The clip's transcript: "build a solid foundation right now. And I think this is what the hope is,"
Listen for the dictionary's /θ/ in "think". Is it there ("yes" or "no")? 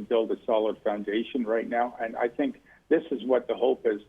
yes